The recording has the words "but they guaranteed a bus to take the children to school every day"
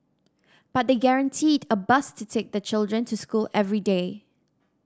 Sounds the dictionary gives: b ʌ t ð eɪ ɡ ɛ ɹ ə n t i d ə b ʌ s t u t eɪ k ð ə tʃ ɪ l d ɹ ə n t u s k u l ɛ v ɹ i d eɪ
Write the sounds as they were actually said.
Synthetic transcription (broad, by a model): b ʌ t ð eɪ ɡ ɛ ɹ ə n t i d ə b ʌ s t u t eɪ k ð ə tʃ ɪ l d ɹ ə n t u s k u l ɛ v ɹ i d eɪ